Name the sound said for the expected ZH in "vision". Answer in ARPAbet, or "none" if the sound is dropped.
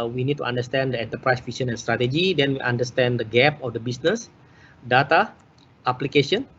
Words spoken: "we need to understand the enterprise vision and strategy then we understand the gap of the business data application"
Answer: S